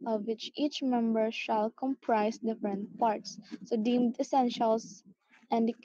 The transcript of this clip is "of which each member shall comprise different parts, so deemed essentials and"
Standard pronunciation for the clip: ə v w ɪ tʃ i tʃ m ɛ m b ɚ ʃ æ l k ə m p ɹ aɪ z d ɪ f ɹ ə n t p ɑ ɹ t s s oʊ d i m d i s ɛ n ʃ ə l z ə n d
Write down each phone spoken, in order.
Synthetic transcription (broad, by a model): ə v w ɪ tʃ i tʃ m ɛ m b ɚ ʃ æ l k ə m p ɹ aɪ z d ɪ f ɹ ə n t p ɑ ɹ t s s oʊ d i m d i s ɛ n ʃ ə l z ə n d